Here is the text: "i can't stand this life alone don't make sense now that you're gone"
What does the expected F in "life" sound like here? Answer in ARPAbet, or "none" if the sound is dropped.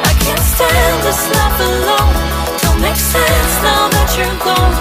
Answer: P